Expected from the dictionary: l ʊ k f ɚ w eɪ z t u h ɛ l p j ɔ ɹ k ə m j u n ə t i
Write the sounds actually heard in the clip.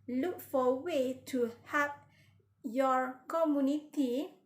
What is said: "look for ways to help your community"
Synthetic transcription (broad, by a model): l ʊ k f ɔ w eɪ t u h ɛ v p j ɔ ɹ k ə m j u n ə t i